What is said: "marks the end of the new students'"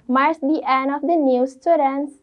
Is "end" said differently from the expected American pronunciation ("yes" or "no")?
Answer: yes